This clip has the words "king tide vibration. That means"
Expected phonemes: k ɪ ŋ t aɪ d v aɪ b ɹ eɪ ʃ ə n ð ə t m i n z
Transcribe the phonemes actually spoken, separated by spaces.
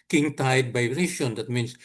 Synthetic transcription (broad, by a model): k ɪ ŋ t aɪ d b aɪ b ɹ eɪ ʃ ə n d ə t m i n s